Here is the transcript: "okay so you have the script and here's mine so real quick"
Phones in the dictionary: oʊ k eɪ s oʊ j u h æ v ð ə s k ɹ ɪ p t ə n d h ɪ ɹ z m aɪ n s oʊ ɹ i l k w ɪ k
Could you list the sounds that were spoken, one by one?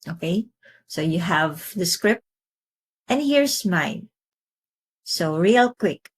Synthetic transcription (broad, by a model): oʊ k eɪ s oʊ j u h æ v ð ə s k ɹ ɪ p t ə n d h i ɹ s m aɪ n s oʊ ɹ i l k w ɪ k